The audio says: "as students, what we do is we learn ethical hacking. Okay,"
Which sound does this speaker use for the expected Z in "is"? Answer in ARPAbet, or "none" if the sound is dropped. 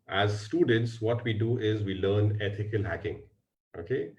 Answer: Z